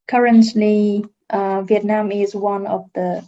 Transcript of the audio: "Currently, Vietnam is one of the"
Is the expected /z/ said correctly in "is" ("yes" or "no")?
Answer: yes